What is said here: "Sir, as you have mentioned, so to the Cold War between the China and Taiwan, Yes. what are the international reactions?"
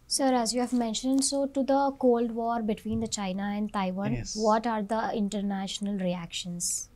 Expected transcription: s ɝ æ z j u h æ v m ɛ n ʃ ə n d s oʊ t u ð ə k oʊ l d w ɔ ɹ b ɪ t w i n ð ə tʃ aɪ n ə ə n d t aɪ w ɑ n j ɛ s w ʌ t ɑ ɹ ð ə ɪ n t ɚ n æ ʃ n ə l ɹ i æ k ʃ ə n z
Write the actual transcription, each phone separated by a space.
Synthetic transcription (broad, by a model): s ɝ æ z j u h æ v m ɛ n ʃ ə n d s oʊ t u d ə k oʊ l d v ɔ ɹ b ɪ t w i n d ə tʃ aɪ n ə ə n d t aɪ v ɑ n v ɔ t ɑ ɹ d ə ɪ n t ɚ n æ ʃ n ə l ɹ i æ k ʃ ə n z